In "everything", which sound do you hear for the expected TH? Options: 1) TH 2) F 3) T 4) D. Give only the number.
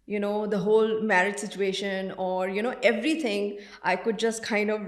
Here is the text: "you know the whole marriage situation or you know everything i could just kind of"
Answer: 3